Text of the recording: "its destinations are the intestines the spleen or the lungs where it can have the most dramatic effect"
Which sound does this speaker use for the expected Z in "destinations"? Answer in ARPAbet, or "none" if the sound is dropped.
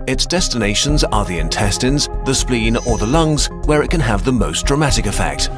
Z